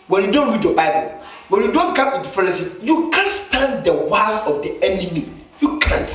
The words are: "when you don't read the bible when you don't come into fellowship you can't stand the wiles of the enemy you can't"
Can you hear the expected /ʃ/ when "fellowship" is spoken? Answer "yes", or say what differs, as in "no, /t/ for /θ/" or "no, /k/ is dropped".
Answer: no, /s/ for /ʃ/